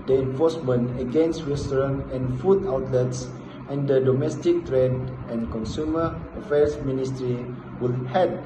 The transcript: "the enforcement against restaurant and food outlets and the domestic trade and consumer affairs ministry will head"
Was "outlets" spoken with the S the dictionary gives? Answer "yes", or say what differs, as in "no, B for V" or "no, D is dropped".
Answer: yes